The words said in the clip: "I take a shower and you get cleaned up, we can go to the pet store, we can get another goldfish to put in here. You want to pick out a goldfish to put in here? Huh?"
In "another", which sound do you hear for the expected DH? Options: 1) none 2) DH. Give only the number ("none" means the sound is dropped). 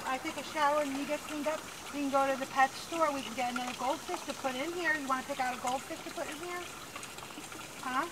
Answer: 1